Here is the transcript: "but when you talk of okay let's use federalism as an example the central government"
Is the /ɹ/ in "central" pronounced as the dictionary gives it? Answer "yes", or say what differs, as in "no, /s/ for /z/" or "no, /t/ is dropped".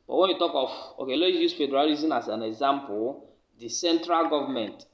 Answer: yes